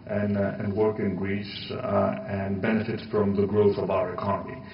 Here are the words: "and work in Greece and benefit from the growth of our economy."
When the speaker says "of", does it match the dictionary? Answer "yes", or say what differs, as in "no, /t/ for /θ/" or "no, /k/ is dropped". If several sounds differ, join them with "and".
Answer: yes